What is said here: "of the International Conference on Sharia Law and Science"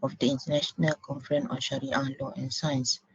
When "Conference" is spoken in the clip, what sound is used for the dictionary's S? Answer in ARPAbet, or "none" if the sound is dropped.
none